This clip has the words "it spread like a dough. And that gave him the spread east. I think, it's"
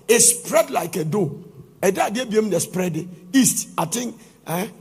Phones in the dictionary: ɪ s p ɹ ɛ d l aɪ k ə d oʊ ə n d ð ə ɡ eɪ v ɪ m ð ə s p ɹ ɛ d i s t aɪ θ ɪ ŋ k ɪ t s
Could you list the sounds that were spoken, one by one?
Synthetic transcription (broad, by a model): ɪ s p ɹ ɛ d l aɪ k ə d oʊ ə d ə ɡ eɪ b ɪ m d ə s p ɹ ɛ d i s t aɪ t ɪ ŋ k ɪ